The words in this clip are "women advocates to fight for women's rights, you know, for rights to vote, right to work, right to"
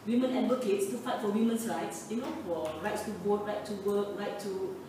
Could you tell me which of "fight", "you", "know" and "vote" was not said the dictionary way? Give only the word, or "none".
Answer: vote